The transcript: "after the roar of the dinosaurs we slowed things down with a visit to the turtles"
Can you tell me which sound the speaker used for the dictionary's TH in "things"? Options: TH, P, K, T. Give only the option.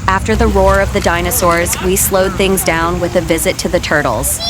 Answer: TH